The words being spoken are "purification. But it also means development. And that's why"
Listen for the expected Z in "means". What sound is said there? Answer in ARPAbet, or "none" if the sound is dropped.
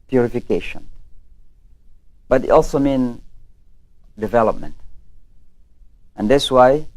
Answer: none